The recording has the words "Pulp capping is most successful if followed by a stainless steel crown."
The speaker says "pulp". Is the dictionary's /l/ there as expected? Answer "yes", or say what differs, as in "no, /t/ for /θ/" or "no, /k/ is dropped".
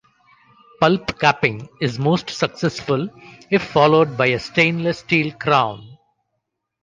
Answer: yes